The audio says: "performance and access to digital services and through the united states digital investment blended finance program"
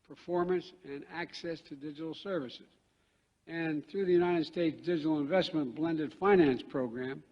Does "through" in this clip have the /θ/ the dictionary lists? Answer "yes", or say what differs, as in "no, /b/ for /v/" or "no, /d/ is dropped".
yes